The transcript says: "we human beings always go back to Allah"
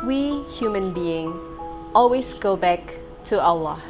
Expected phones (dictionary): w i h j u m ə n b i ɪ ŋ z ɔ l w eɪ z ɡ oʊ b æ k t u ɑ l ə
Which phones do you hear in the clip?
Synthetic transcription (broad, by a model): w i h j u m ə n b i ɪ ŋ ɔ l w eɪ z ɡ oʊ b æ k t u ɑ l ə